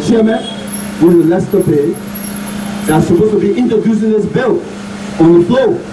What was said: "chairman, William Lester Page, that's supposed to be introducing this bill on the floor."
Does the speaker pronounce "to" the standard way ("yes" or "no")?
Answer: yes